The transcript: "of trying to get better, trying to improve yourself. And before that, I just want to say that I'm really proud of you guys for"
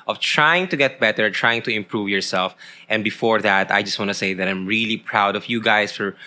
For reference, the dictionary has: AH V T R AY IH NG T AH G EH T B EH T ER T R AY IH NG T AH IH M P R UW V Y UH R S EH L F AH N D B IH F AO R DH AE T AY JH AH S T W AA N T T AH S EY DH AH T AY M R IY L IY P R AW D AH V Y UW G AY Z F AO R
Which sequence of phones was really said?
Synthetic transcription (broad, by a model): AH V T R AY IH NG T AH G EH T B EH T ER T R AY IH NG T AH IH M P R UW V Y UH R S EH L F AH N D B IH F AO R DH AE T AY JH AH S T W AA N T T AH S EY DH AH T AY M R IY L IY P R AW D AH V Y UW G AY S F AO R